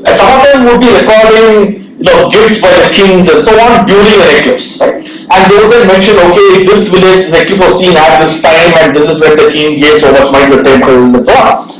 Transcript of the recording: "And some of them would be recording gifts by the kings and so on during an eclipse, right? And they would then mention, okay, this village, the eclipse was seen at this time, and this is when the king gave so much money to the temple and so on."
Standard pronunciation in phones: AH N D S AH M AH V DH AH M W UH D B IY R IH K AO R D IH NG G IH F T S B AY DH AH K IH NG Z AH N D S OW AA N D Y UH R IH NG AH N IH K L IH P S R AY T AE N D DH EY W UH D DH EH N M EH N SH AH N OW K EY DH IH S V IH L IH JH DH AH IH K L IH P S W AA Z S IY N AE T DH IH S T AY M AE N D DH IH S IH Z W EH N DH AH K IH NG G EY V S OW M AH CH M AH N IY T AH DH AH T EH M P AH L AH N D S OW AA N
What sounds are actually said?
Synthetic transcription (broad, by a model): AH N S AH M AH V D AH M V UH D B IY R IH K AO R D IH NG G IH F T S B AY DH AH K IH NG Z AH N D S OW AA N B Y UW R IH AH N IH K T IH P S R AY T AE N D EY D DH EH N M EH N SH AH N OW K EY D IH S V IH L IH JH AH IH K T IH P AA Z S IY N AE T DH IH S T AY M AE N D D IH S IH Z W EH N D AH K IH NG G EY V S OW M AH CH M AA IY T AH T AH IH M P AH N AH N S OW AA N